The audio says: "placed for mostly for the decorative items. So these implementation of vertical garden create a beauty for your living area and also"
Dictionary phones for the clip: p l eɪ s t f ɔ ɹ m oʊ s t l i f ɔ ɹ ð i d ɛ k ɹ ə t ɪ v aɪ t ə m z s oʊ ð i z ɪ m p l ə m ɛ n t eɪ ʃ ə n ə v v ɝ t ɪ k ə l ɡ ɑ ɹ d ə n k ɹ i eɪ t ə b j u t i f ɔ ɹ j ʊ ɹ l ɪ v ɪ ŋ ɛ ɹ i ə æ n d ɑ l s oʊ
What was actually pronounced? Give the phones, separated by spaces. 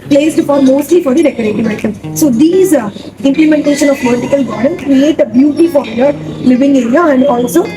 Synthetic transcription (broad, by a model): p l eɪ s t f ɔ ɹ m oʊ s t l i f ɔ ɹ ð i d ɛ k ə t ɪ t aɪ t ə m s oʊ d i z ɪ m p l ə m ɛ n t eɪ ʃ ə n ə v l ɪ t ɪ k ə l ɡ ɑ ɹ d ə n k ɹ i eɪ t ə b j u t i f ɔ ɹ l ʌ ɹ l ɪ v ɪ ŋ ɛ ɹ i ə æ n d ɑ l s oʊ